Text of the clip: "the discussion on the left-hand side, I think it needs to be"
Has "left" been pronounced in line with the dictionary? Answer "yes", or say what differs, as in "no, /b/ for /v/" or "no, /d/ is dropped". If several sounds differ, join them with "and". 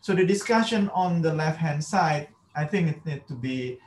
yes